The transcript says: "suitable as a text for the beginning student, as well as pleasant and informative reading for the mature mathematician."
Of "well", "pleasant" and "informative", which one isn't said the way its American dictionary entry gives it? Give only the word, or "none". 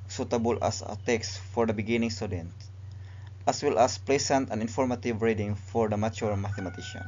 pleasant